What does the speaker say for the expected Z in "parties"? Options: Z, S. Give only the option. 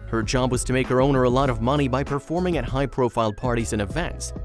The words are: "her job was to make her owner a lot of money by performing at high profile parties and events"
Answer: Z